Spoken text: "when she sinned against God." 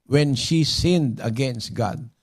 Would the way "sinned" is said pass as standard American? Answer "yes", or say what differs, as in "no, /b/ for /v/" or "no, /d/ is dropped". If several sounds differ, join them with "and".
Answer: yes